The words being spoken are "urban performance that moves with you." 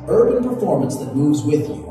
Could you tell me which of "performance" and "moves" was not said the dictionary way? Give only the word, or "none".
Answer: none